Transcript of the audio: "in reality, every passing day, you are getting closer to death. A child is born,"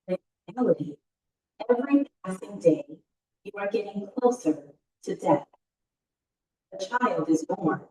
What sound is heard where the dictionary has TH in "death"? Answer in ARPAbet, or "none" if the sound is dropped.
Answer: TH